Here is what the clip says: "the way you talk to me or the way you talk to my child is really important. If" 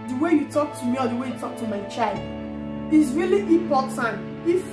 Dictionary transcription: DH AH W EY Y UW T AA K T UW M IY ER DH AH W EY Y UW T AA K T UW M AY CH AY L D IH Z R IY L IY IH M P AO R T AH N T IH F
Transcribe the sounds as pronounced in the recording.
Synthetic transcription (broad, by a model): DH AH W EY Y UW T AA K T UW M IY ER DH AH W EY Y UW T AA K T UW M AY CH AY L D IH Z R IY L IY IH P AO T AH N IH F